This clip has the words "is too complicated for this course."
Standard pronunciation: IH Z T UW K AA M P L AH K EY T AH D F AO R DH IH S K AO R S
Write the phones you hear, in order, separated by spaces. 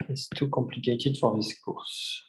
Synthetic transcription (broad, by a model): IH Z T UW K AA P L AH K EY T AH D F AO R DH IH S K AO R S